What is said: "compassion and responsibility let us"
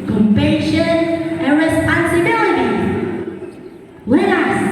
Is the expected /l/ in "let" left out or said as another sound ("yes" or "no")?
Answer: yes